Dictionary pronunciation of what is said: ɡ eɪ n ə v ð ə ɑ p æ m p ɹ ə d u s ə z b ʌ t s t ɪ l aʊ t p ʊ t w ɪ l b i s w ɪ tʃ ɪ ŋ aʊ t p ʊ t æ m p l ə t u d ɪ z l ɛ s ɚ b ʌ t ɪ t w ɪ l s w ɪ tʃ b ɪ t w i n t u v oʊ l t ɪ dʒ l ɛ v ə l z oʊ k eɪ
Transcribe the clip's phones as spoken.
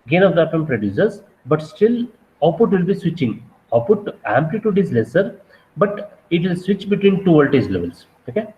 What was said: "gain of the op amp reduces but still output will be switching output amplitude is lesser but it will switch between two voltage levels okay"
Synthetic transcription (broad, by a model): ɡ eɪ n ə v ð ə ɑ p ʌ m p ɹ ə d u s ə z b ʌ t s t ɪ l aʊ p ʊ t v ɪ l b i s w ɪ tʃ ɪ ŋ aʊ p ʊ t æ m p l ə t u d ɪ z l ɛ s ɚ b ʌ t ɪ t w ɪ l s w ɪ tʃ b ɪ t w i n t u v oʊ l t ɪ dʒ l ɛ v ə l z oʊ k eɪ